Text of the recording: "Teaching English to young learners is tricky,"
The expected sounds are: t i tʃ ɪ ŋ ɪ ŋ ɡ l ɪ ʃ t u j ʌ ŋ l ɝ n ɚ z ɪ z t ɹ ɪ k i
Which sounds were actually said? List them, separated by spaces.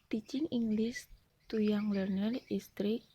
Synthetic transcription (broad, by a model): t i tʃ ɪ ŋ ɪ ŋ ɡ l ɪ s t u j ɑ ŋ l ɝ n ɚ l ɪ s t ɹ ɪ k